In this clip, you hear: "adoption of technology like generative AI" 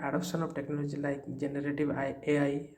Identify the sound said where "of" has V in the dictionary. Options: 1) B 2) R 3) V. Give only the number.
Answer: 1